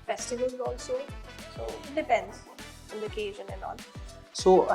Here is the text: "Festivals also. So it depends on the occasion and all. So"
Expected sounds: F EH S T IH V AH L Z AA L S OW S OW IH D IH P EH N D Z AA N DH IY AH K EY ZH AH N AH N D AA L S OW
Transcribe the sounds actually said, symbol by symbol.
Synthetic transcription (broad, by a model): F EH S T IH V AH L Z AA L S OW S OW IH D IH P EH N D Z AA N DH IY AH K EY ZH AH N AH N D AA N S OW